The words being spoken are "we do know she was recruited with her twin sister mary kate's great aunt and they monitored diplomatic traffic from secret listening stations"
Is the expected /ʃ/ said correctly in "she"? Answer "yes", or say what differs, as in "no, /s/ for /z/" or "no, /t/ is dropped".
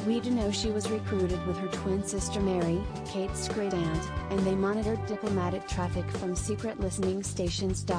yes